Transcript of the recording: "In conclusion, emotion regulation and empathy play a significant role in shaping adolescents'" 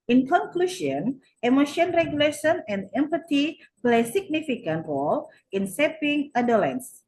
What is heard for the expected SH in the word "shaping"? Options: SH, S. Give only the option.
S